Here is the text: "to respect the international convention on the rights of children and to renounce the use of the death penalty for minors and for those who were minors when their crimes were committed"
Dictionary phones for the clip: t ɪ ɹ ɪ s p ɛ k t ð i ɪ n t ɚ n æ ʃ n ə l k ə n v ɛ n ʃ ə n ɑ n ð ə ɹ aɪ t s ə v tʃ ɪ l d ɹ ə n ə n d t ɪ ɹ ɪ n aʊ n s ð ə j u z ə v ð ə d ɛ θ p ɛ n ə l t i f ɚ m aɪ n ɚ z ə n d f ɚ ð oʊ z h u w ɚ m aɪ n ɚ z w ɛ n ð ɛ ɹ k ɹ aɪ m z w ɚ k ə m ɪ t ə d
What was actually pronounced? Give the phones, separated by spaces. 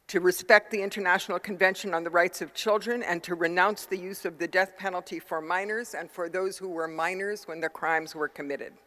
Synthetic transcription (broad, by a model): t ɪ ɹ ɪ s p ɛ k t ð i ɪ n t ɚ n æ ʃ n l k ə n v ɛ n ʃ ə n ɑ n ð ə ɹ aɪ t s ə v tʃ ɪ l d ɹ ə n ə n t ɪ ɹ ɪ n aʊ n s ð ə j u z ə v ð ə d ɛ θ p ɛ n l t i f ɚ m aɪ n ɚ z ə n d f ɚ ð oʊ z h u w ɚ m aɪ n ɚ z w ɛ n ð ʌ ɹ k ɹ aɪ m z w ɚ k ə m ɪ t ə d